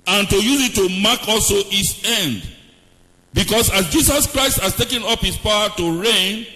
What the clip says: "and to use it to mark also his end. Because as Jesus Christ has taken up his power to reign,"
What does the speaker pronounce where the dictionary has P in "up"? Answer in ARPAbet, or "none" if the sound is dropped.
P